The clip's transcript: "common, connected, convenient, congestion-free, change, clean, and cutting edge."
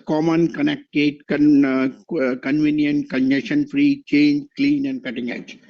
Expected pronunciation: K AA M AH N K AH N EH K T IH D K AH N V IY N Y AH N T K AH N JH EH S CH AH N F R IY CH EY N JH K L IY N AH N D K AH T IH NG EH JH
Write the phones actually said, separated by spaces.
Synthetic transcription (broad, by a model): K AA M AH N K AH N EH K T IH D K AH N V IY N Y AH N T K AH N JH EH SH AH N F R IY CH EY N JH K L IY N AH N D K AH T IH NG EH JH